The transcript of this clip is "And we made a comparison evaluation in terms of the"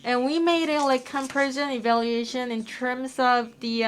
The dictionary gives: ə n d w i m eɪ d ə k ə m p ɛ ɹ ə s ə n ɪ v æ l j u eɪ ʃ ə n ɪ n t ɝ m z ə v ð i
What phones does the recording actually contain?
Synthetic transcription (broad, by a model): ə n w i m eɪ d ə k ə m p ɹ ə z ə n ɪ v æ l j u eɪ ʃ ə n ɪ n t ɝ m z ə v ð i